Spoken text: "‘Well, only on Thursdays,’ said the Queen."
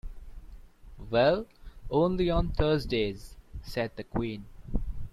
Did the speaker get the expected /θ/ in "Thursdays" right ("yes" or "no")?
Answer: no